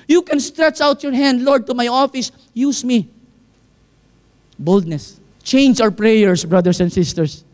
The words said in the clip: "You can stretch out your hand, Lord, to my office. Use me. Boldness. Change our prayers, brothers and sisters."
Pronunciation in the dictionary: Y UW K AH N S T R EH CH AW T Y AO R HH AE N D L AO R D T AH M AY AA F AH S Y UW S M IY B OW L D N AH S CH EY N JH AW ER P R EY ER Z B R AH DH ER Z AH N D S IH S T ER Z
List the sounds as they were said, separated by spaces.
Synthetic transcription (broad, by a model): Y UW K AH N S T R EH CH AW T Y AO R HH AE N D L AO R D T AH M AY AA F AH S Y UW S M IY B OW L D N AH S CH EY N JH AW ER P R EY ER S B R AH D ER S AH N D S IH S T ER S